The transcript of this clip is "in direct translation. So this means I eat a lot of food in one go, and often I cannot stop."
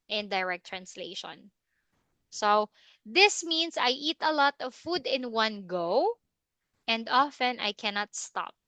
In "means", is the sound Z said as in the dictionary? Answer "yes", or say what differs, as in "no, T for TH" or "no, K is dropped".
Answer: no, S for Z